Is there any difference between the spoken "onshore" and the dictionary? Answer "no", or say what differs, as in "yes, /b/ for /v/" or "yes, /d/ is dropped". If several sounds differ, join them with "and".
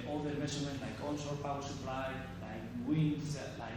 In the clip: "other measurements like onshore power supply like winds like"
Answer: yes, /s/ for /ʃ/